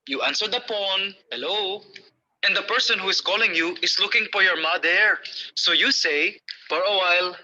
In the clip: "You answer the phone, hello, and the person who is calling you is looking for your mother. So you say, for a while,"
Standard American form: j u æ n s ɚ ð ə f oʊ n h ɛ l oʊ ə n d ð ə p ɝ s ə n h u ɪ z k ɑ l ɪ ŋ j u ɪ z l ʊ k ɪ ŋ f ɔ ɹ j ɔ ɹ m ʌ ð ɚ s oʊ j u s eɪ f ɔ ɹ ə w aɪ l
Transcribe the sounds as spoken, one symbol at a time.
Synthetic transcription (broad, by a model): j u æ n s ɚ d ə p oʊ n h ɛ l oʊ ə n d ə p ɝ s ə n h u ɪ s k ɑ l ɪ ŋ j u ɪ s l ʊ k ɪ ŋ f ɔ ɹ j ɔ ɹ m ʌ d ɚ s oʊ j u s eɪ f ɔ ɹ ə w aɪ l